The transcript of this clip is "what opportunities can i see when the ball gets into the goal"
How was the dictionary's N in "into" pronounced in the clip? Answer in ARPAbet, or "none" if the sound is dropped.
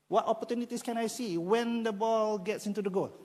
N